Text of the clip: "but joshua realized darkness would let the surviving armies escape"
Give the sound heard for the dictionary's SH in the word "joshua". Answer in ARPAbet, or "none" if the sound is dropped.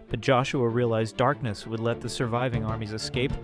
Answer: SH